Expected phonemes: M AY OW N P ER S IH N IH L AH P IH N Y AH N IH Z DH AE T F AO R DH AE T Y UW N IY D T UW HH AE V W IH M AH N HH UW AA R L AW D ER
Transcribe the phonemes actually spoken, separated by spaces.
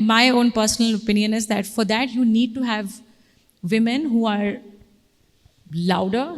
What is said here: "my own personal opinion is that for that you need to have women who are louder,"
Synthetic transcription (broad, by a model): M AY OW N P ER S IH N IH L AH P IH N Y AH N IH Z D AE T F AO R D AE T Y UW N IY D T UW HH AE V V IH M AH N HH UW AA R L AW D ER